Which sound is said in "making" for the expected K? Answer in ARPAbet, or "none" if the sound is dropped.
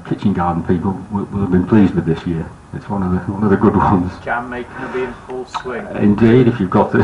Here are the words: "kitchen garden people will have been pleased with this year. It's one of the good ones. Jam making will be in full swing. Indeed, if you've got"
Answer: none